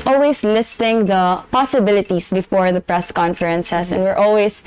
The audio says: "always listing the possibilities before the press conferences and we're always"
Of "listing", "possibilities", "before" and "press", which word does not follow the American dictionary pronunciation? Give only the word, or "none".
possibilities